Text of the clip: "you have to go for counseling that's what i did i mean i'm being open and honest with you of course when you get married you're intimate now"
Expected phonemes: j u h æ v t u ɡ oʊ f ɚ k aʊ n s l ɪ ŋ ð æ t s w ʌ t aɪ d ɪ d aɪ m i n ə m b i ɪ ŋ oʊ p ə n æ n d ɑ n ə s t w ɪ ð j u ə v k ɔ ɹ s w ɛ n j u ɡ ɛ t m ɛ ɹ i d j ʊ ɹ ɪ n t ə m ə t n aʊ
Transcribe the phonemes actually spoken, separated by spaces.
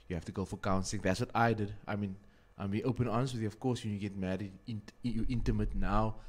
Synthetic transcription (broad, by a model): j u h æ f t u ɡ oʊ f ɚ k aʊ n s ɪ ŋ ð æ t s w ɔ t aɪ d ɪ d aɪ m i n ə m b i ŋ oʊ p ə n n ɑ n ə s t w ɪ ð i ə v k ɔ s w ɛ n j u ɡ ɛ t m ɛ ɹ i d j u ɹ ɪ n t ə m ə t n aʊ